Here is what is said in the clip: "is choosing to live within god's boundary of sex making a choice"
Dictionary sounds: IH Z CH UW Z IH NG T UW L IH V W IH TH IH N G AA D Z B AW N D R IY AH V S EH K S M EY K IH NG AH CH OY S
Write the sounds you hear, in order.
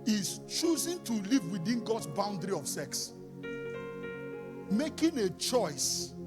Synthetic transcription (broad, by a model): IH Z CH UW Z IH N T UW L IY V W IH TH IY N G AA D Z B AW N D R IY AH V S EH K S M EY K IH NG AH CH OY S